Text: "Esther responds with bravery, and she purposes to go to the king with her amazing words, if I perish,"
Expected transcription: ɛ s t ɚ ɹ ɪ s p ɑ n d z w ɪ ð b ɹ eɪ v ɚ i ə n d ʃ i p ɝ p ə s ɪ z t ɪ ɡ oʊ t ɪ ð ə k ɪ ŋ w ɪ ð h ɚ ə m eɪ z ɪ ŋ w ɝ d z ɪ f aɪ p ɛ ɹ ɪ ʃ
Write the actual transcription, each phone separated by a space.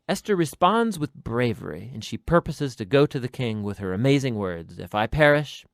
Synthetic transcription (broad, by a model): ɛ s t ɚ ɹ ɪ s p ɑ n d z w ɪ ð b ɹ eɪ v ɚ i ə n ʃ i p ɝ p ə s ɪ z t ɪ ɡ oʊ t ɪ ð ə k ɪ ŋ w ɪ ð ɚ ə m eɪ z ɪ ŋ w ɝ d z ɪ f aɪ p ɛ ɹ ɪ ʃ